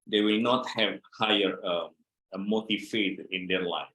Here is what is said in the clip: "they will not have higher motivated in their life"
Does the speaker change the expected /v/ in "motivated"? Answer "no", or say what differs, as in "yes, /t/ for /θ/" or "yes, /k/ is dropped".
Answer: yes, /f/ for /v/